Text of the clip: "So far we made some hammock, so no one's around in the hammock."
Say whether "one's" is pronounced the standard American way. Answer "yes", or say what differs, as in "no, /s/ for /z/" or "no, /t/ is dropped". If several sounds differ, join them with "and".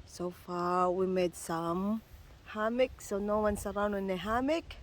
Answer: no, /s/ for /z/